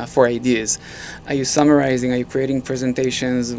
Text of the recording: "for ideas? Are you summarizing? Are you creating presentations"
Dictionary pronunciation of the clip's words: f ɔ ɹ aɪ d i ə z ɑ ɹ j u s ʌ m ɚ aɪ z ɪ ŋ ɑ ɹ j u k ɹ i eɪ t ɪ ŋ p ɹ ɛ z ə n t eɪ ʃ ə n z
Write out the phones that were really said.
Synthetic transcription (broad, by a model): f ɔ ɹ aɪ d i ə z ɑ ɹ j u s ʌ m ɚ aɪ z ɪ ŋ ɑ ɹ j u k ɹ i eɪ t ɪ ŋ p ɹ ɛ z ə n t eɪ ʃ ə n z